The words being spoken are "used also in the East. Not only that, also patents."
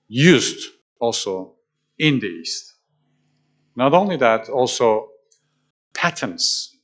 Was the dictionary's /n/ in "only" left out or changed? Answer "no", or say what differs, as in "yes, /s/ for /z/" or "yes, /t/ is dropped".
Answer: no